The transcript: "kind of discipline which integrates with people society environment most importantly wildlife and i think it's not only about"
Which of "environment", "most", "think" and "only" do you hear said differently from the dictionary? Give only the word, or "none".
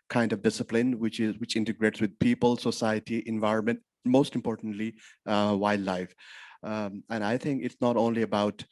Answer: think